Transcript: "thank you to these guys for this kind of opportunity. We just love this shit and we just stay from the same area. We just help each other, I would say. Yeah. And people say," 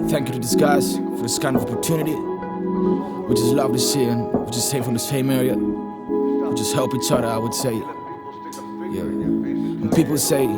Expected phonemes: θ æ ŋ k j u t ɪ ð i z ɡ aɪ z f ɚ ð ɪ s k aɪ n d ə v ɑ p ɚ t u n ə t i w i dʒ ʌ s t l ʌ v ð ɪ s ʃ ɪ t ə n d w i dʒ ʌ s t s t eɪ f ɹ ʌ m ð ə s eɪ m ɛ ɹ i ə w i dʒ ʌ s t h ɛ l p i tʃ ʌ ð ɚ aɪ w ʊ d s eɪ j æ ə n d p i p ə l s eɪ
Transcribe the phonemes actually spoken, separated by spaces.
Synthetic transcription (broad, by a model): θ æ ŋ k j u t ɪ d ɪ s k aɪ s f ɚ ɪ s k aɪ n ə v ɑ p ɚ t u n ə t i w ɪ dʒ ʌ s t l ʌ v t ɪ s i ə n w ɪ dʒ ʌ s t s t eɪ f ɹ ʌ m ð ə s eɪ m ɛ ɹ i ə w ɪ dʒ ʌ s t h ɛ l p i tʃ ʌ ð ɚ aɪ w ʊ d s eɪ j æ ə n p i p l s eɪ